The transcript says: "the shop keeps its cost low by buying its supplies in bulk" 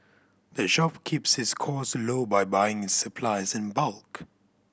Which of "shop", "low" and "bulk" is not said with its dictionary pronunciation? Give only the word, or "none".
none